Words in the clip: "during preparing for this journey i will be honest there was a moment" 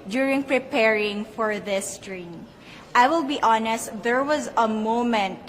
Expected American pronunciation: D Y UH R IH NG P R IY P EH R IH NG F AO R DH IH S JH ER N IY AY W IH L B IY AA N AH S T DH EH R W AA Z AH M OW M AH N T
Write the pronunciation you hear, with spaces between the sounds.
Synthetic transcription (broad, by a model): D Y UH R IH NG P R IY P EH R IH NG F AO R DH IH S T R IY AY W IH L B IY AA N AH S T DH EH R W AA Z AH M OW M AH N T